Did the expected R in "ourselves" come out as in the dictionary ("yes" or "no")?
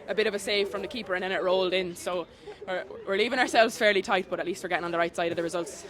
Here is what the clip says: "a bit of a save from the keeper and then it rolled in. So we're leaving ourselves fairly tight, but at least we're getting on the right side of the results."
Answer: yes